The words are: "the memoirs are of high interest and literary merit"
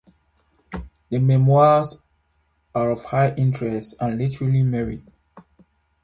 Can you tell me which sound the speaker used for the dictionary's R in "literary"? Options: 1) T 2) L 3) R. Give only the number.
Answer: 2